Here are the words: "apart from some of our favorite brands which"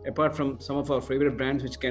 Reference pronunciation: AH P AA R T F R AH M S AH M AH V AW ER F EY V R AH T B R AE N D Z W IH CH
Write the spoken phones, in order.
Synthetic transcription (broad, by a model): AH P AA R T F R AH M S AH M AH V AW ER F EY V R AH T B R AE N D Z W IH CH